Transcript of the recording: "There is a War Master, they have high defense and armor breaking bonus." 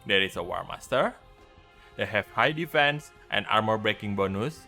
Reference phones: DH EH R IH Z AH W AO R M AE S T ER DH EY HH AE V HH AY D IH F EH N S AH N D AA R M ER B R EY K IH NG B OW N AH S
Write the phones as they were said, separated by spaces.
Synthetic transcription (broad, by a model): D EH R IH S AH W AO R M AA S T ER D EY HH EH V HH AY D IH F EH N S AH N AA R M ER B R EY K IH NG B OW N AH S